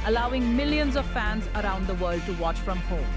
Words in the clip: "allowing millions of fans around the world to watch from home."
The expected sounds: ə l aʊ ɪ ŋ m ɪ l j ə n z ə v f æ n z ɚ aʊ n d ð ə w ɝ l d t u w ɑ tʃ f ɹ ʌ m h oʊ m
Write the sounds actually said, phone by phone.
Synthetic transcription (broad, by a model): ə l aʊ ɪ ŋ m ɪ l j ə n z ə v f æ n z ɚ aʊ n d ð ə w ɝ l d t u w ɑ tʃ f ɹ ʌ m h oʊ m